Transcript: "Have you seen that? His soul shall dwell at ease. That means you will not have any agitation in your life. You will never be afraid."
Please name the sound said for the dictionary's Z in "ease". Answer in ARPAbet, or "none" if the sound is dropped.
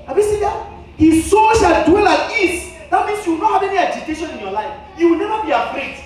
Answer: S